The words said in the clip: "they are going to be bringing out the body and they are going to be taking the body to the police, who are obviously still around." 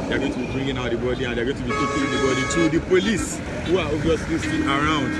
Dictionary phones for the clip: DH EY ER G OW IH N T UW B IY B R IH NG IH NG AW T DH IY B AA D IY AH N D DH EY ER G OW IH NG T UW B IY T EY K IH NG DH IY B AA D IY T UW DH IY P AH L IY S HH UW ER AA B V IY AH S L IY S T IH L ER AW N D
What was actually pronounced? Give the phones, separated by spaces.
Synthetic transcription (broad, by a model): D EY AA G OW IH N T UW B IY B R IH NG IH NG AW T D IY B AA D IY AH N D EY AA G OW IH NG T UW B IY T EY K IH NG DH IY B AA D IY T UW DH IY P AH L IY S HH UW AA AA V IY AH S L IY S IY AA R AW N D